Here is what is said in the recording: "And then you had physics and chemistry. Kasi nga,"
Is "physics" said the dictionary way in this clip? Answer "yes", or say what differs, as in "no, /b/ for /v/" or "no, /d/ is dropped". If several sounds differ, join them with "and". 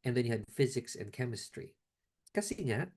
yes